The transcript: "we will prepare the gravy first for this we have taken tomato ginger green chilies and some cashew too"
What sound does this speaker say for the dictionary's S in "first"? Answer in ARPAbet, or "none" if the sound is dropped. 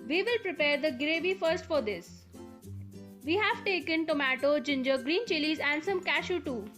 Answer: S